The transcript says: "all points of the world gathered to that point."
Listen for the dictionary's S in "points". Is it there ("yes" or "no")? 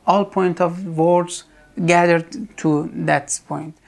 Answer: no